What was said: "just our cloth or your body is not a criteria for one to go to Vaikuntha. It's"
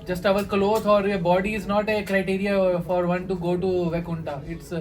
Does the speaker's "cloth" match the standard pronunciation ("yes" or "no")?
no